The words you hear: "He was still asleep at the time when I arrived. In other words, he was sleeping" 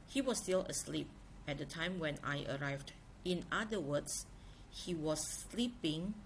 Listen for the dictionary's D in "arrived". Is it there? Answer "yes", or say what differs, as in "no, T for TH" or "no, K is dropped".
yes